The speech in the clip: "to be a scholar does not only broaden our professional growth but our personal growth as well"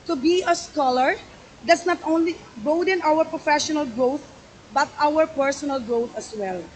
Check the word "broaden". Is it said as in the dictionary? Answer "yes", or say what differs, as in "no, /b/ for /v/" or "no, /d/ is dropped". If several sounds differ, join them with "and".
no, /ɹ/ is dropped